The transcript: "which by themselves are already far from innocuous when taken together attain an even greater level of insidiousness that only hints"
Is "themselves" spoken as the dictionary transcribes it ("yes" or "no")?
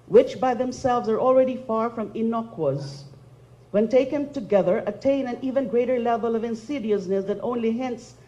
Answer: yes